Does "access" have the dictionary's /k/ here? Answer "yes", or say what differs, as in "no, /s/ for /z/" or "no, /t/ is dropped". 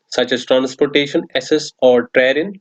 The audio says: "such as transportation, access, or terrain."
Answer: no, /k/ is dropped